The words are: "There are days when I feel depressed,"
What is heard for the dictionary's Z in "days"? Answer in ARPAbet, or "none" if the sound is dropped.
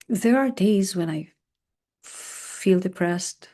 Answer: Z